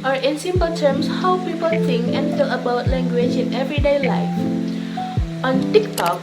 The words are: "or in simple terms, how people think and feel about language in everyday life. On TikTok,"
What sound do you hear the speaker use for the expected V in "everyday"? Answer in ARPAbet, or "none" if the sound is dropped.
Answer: V